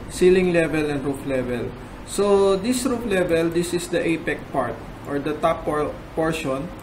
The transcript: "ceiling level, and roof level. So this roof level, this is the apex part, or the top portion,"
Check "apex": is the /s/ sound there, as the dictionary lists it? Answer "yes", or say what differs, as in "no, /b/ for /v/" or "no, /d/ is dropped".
no, /s/ is dropped